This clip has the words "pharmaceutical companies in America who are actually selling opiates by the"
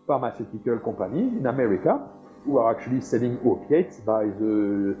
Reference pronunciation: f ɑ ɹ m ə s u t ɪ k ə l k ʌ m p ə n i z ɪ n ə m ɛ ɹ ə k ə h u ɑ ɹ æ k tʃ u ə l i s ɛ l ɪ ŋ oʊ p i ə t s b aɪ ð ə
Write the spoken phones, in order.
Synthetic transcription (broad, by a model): f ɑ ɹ m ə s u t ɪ k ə l k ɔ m p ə n i ɪ n ə m ɛ ɹ ə k ə h u ɑ ɹ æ k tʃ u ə l i s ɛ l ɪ ŋ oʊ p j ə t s b aɪ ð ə